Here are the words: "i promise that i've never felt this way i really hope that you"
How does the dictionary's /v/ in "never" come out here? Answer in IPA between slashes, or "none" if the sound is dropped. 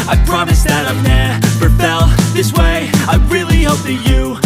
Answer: /p/